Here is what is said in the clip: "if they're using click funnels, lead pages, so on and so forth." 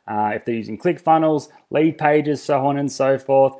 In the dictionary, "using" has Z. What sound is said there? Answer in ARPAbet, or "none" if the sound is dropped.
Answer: Z